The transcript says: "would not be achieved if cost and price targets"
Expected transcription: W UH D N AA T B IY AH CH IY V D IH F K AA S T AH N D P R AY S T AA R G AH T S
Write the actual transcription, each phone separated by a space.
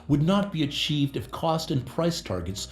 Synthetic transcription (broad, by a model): W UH D N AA T B IY AH CH IY V D IH F K AA S T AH N P R AY S T AA R G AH T S